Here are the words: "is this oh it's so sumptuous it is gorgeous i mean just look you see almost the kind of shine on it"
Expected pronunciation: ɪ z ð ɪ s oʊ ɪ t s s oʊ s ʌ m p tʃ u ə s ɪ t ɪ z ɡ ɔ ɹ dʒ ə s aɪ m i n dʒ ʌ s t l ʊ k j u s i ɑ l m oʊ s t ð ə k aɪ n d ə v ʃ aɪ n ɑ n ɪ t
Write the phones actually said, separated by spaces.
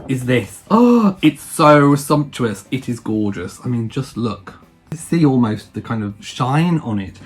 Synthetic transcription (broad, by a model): ɪ z ð ɪ s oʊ ɪ t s s oʊ s ʌ m p tʃ u ə s ɪ t ɪ z ɡ ɔ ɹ dʒ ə s aɪ m i n dʒ ʌ s t l ʊ k s i ɑ l m oʊ s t ð ə k aɪ n d ə v ʃ aɪ n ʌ n ɪ t